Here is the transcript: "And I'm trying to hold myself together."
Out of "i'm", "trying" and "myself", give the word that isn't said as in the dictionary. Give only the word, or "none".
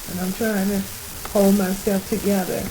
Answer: myself